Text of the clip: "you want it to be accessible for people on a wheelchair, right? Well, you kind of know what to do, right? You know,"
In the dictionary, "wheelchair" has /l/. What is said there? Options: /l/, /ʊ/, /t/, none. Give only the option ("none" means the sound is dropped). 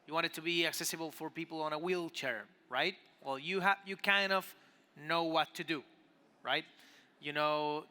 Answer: /l/